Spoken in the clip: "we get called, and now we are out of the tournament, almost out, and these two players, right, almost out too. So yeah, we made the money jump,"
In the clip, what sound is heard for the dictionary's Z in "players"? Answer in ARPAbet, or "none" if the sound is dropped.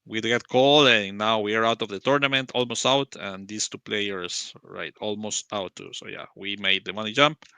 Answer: S